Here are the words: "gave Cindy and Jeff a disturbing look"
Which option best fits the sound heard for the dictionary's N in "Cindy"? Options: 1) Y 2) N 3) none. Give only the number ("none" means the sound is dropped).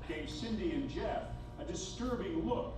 2